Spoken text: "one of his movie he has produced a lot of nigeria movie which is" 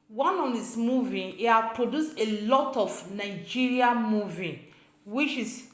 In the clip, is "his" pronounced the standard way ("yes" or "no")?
no